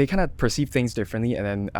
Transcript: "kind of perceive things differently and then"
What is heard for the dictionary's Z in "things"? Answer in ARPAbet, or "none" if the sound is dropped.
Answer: Z